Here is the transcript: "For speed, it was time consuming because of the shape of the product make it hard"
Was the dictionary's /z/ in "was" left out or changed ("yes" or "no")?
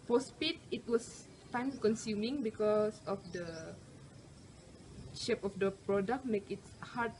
yes